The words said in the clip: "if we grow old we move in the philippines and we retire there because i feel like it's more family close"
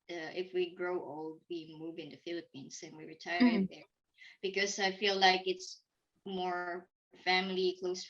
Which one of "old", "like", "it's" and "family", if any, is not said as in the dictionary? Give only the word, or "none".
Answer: none